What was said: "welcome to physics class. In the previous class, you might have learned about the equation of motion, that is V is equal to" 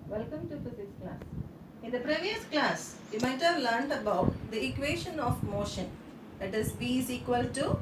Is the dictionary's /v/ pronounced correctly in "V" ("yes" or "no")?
no